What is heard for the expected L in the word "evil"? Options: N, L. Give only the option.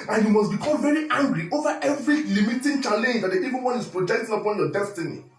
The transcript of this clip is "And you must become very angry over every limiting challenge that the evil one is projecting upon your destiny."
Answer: N